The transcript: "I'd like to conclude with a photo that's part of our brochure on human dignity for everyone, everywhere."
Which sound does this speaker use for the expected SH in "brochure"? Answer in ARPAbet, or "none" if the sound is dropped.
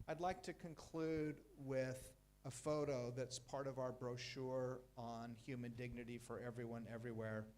SH